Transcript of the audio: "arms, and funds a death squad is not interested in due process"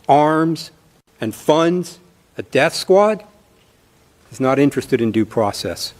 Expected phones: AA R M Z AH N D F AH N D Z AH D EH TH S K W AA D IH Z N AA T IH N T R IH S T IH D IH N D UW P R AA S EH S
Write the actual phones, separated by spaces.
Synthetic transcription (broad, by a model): AA R M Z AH N F AH N D Z AH D EH TH S K W AA D IH Z N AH T IH N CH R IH S T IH D IH N D UW P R AA S EH S